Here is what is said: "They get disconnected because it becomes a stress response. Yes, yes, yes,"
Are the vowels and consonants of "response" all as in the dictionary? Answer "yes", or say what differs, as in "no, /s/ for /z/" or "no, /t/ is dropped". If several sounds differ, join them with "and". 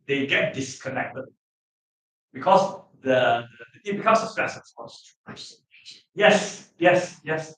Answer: no, /n/ is dropped